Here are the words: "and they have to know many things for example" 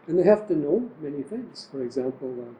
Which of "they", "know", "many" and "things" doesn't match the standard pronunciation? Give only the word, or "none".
none